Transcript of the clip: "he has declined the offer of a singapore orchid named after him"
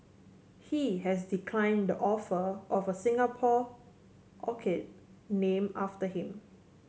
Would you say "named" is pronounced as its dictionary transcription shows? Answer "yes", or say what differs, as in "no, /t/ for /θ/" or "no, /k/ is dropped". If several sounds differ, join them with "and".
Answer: no, /d/ is dropped